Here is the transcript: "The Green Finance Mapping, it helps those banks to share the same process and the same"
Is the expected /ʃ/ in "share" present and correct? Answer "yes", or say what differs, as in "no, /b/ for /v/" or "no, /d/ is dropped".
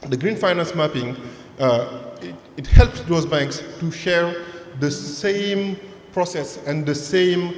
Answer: yes